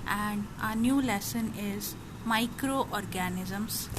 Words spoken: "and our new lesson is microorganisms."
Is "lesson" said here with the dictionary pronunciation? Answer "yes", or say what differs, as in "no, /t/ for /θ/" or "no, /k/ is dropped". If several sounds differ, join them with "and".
yes